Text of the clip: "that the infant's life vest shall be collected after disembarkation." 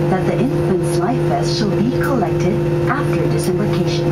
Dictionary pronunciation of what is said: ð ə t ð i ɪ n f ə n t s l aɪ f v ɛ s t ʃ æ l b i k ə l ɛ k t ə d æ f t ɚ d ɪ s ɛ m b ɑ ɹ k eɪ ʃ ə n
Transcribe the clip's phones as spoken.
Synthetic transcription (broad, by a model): ð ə t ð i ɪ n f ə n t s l aɪ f b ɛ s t ʃ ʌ l b i k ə l ɛ k t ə d æ f t ɚ d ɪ s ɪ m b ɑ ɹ k eɪ ʃ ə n